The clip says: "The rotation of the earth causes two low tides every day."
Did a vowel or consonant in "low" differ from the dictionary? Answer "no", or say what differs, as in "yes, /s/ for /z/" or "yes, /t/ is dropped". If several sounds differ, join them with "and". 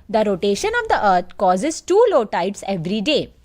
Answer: no